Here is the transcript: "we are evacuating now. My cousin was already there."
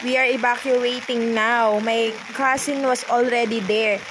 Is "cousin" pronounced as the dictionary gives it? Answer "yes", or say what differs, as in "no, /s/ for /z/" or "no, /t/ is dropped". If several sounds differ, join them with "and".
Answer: no, /s/ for /z/